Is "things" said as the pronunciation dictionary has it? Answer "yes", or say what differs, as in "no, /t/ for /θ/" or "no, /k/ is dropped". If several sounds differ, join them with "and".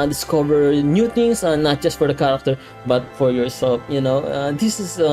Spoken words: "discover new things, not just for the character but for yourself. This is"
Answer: no, /t/ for /θ/ and /s/ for /z/